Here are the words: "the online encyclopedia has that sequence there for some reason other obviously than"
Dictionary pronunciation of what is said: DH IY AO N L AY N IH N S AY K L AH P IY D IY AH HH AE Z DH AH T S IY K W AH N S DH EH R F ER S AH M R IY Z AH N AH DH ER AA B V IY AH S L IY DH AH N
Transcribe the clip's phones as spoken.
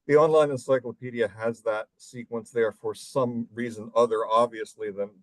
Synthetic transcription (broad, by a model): DH IY AO N L AY N IH N S AY K L AH P IY D IY AH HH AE Z DH AH T S IY K W AH N S DH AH R F ER S AH M R IY Z AH N AH DH ER AA B V IY AH S L IY DH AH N